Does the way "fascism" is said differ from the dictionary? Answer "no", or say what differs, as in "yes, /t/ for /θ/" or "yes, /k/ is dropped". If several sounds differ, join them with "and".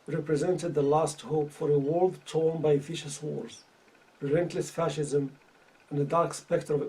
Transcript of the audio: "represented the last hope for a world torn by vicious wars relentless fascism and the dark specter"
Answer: no